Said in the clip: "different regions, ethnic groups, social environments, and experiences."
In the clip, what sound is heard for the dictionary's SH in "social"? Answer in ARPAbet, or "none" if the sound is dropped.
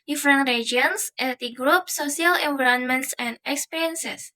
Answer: none